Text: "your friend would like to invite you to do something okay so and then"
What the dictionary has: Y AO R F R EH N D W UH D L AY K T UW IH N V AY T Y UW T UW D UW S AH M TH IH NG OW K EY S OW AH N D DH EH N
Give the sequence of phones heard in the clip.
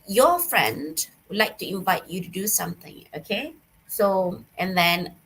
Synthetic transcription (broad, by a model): Y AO F R EH N D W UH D L AY K T UW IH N V AY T Y UW T UW D UW S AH M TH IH NG OW K EY S OW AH N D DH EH N